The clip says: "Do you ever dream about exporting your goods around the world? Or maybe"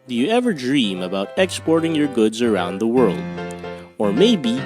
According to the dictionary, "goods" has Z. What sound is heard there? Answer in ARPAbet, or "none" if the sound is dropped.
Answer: Z